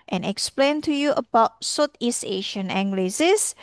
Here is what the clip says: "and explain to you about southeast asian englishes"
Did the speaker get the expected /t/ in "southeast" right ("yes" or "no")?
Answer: no